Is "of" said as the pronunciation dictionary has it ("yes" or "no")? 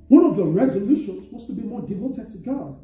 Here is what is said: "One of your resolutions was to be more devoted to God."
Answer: yes